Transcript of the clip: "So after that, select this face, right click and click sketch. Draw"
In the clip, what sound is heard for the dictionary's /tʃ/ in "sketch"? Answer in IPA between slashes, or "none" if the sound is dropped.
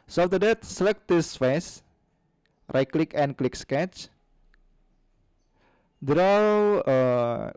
/tʃ/